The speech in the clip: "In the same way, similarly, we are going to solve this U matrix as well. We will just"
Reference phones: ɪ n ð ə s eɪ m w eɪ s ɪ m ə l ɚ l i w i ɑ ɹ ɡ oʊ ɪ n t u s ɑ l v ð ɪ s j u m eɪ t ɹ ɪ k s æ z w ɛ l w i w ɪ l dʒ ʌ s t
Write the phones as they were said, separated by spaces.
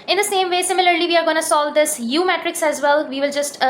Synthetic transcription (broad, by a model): ɪ n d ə s eɪ m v eɪ s ɪ m ə l ɚ l i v i ɑ ɹ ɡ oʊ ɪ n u s ɑ l v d ɪ s j u m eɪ t ɹ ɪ k s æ z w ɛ l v i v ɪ l dʒ ʌ s t